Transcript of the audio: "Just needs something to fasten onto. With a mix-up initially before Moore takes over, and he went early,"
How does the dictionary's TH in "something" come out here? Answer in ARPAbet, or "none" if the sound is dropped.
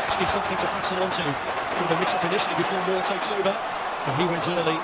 TH